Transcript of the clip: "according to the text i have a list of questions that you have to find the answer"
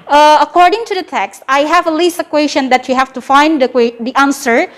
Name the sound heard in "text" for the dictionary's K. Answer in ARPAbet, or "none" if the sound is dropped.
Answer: K